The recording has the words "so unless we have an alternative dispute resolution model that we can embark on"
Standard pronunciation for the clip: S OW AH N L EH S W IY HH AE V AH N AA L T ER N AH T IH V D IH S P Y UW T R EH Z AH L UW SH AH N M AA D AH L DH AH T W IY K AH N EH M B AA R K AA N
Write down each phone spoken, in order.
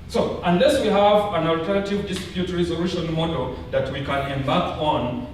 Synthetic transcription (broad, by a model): S OW AH N L EH S W IY HH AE V AH N AA L T ER N AH T IH V D IH S P Y UW T R EH Z AH L UW SH AH N M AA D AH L DH AH T W IY K AH N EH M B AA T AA N